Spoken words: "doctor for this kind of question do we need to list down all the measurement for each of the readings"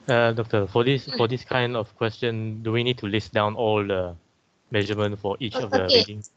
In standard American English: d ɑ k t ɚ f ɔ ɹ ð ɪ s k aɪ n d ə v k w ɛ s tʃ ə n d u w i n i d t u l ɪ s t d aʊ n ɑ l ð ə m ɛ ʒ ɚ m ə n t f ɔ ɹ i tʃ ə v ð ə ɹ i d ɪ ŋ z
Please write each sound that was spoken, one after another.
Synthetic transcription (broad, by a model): d ɑ k t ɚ f ɔ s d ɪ s k aɪ n d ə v k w ɛ s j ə n d u w i n i d t u l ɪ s d aʊ n ɑ l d ə m ɛ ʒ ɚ m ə n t f ɔ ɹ i tʃ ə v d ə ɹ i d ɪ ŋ